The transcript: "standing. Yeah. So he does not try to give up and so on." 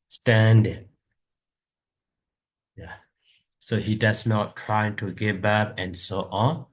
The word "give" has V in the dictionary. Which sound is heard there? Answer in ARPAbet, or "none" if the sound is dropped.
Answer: B